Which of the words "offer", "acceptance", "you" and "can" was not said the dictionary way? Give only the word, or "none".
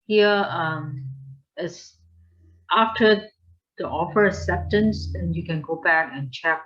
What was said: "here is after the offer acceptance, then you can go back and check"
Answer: acceptance